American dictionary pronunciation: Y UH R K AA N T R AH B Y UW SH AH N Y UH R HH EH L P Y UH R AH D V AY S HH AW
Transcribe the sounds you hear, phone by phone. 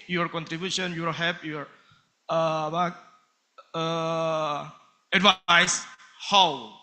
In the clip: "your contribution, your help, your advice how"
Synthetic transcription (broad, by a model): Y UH R K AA N T R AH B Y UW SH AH N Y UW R HH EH P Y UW R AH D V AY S HH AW